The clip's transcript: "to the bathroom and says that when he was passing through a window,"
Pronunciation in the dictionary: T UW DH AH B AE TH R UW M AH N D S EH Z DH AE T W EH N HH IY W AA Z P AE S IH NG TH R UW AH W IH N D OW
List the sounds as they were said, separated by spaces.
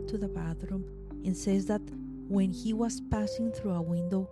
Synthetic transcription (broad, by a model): T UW DH AH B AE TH R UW M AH N S EH Z DH AE T W EH N HH IY W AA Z P AE S IH NG TH R UW AH W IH N D OW